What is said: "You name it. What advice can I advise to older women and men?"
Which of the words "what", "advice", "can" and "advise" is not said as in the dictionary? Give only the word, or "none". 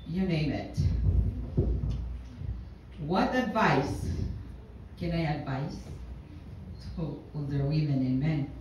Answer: advise